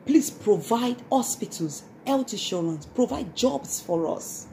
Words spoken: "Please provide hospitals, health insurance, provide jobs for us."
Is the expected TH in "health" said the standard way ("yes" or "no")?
no